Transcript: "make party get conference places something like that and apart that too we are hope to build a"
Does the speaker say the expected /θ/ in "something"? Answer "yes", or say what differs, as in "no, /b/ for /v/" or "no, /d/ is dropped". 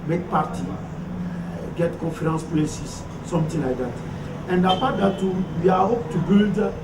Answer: no, /t/ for /θ/